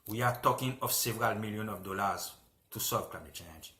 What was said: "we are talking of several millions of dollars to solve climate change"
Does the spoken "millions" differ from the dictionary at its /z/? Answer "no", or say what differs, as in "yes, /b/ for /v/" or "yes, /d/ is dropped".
yes, /z/ is dropped